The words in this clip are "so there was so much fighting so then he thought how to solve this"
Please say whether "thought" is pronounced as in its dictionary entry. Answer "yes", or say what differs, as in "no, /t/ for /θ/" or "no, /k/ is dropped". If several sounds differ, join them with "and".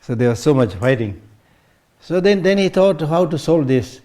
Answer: no, /t/ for /θ/